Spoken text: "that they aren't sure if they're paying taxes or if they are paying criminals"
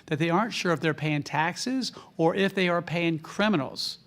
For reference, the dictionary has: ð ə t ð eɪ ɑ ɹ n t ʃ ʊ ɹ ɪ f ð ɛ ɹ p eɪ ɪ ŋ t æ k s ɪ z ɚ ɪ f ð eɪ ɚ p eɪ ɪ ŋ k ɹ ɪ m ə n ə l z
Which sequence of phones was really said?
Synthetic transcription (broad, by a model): ð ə t ð eɪ ɑ ɹ n t ʃ ʊ ɹ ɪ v ð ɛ ɹ p eɪ ɪ ŋ t æ k s ɪ z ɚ ɪ f ð eɪ ɚ p eɪ ɪ ŋ k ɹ ɪ m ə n l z